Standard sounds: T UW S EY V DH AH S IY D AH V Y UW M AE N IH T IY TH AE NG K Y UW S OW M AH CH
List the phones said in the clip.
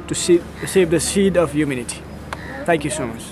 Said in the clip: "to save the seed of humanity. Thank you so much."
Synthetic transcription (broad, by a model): T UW S EY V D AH S IY D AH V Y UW M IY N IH T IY T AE NG K Y UW S OW M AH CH